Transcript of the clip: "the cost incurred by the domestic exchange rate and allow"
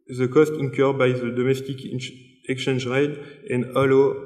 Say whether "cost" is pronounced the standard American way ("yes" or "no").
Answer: yes